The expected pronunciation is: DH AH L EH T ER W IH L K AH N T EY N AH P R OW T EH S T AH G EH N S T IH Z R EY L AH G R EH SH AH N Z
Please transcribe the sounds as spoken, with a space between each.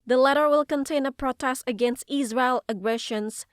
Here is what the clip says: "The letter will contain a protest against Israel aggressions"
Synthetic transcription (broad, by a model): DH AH L EH T ER W IH L K AH N T EY N AH P R OW T EH S T AH G EH N S T IH Z R EY L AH G R EH SH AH N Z